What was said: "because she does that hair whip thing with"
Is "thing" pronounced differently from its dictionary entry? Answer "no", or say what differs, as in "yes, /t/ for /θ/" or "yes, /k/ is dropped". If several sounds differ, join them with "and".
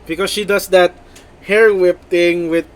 yes, /t/ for /θ/